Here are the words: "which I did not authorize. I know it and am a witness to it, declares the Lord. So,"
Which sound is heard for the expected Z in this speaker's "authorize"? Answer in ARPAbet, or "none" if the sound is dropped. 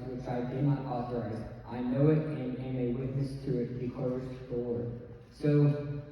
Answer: Z